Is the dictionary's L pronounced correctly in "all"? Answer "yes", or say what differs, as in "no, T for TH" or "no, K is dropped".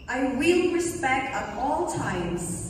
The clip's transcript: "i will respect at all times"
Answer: yes